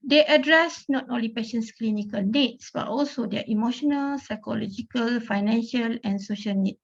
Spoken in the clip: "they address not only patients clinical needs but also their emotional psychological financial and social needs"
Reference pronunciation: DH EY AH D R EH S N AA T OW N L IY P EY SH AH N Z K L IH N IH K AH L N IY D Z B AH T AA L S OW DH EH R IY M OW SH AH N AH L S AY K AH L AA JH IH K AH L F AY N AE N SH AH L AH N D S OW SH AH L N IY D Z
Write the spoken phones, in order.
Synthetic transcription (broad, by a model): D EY AH D R EH S N AA T OW N L IY P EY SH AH N S K L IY N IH K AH L N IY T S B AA T AA L S OW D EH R IY M OW SH AH N AH L S AY K AH L AA JH IH K AH L F AY N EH N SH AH L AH N S OW SH AH L N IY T